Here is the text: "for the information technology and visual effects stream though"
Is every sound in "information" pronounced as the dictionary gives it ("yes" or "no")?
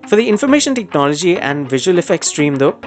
yes